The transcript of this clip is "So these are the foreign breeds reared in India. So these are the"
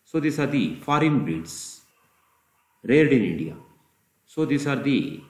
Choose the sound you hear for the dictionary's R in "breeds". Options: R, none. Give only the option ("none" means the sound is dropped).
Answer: none